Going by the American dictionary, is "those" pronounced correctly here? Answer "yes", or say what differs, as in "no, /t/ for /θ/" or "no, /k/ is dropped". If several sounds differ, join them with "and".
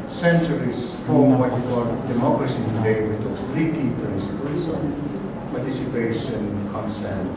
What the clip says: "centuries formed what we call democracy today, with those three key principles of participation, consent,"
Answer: no, /s/ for /z/